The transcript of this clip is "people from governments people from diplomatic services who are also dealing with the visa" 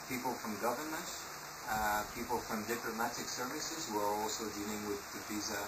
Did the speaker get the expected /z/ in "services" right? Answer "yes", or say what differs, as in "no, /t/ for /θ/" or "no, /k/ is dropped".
yes